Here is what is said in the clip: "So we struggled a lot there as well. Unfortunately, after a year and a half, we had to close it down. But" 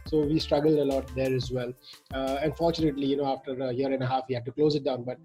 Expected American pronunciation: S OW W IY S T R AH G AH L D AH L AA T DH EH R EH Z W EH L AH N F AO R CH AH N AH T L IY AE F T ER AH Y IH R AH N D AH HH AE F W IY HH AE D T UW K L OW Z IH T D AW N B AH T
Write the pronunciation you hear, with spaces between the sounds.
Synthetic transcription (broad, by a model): S OW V IY S T R AH G AH L D AH L AA T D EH R EH Z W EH L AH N F AO R CH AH N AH T L IY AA F T ER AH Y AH R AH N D AH HH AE F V IY HH AE D T UW K L OW Z IH T D AW N B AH T